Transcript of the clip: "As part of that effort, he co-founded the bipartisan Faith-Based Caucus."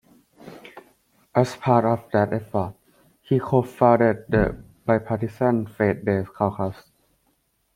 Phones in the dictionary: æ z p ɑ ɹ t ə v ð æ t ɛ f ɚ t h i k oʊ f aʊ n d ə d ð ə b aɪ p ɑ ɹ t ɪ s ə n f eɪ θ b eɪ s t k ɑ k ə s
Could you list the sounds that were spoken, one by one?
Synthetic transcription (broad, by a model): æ s p ɑ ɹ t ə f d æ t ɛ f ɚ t h i k oʊ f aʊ d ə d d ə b aɪ p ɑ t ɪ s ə n f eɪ t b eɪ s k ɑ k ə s